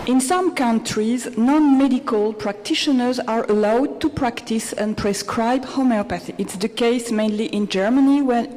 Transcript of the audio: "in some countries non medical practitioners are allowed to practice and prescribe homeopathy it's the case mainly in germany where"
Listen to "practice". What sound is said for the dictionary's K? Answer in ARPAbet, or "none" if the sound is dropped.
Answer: K